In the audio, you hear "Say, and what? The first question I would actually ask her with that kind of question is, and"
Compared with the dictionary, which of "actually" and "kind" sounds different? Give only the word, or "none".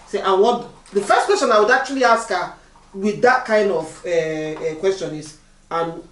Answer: actually